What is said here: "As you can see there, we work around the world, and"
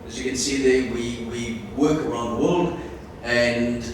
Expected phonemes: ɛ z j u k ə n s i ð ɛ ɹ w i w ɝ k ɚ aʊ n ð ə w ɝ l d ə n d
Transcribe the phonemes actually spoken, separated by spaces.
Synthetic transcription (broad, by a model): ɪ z j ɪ k ə n s i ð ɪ w w i w ɝ k ɚ aʊ n ð ə w ɝ l d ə n